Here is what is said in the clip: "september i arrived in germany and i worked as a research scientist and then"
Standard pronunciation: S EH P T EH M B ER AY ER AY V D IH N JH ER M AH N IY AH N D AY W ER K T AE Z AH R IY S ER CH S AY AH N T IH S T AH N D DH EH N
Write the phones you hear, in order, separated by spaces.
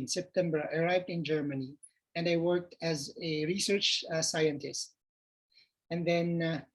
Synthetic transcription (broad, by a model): S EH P T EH M B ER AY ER AY V D IH N JH ER M AH N IY AH N D AY W ER K T AE Z AH R IY S ER CH S AY AH N T IH S T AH N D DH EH N